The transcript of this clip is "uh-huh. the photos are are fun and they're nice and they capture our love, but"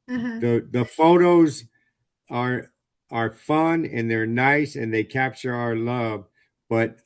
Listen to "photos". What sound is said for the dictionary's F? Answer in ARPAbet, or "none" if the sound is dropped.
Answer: F